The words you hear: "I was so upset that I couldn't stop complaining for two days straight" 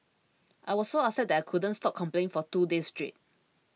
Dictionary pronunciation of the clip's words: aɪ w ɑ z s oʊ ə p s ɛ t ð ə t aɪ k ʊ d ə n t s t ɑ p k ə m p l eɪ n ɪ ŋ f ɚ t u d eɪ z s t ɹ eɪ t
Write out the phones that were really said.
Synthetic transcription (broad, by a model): aɪ w ɑ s s oʊ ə s ɛ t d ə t aɪ k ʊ d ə n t s t ɑ p k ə m p l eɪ ɪ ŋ f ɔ t u d eɪ s t ɹ eɪ t